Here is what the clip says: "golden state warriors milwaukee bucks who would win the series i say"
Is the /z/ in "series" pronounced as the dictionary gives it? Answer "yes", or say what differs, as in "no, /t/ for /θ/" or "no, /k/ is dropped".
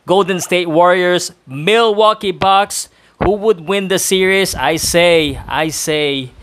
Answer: no, /s/ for /z/